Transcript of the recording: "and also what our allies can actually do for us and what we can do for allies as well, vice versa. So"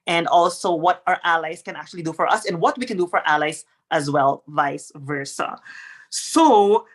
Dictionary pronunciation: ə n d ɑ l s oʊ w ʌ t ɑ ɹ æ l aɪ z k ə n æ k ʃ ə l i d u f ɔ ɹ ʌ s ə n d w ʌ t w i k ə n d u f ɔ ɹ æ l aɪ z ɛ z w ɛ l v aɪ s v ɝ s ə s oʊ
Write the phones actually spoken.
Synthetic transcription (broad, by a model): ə n d ɑ l s oʊ w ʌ t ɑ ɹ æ l aɪ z k ə n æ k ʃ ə l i d u f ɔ ɹ ʌ s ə n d w ʌ t w i k ə n d u f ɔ ɹ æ l aɪ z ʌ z w ɛ l v aɪ s v ɝ s ə s oʊ